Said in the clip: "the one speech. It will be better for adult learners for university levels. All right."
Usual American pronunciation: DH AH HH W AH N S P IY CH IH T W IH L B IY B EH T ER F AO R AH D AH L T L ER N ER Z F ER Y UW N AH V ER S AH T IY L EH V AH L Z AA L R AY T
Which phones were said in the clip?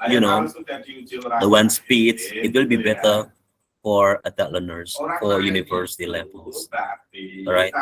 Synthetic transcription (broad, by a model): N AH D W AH N S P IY S IH T W IH L B IY B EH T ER F AO R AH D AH T L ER N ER S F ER Y UW N AH V ER S AH T IY L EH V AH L S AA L R AY T